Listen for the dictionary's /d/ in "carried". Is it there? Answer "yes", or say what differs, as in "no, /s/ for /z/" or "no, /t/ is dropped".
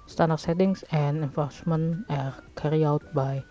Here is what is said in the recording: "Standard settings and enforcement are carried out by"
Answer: no, /d/ is dropped